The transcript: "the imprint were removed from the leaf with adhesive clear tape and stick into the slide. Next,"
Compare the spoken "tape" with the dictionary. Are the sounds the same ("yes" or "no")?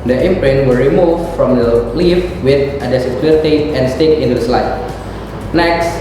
no